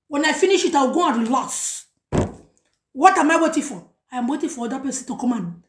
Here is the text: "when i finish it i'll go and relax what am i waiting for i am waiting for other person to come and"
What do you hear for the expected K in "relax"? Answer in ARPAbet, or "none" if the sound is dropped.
none